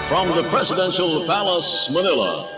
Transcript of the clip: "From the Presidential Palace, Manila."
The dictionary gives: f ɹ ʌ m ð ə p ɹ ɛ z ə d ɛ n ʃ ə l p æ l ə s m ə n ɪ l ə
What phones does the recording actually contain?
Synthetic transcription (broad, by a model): f ɹ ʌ m ð ə p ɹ ɛ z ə d ɛ n ʃ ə l p æ l ə s m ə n ɪ l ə